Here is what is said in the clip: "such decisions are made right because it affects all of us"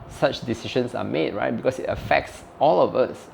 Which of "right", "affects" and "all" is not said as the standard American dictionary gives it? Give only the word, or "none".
none